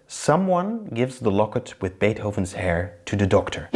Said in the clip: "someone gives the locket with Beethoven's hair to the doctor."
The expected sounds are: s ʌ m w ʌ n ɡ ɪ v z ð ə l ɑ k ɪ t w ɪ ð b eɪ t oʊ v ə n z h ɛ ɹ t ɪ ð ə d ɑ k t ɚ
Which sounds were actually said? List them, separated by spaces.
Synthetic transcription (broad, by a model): s ʌ m w ʌ n ɡ ɪ v z ð ə l ɑ k ɪ t w ɪ ð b eɪ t oʊ v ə n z h ɛ ɹ t ɪ ð ə d ɑ k t ɚ